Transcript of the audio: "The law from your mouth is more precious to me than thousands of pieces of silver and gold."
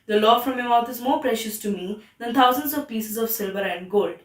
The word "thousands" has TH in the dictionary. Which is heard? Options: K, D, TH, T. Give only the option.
T